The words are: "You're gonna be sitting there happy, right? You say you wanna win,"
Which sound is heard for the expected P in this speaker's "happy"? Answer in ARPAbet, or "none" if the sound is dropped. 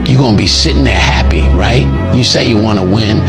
P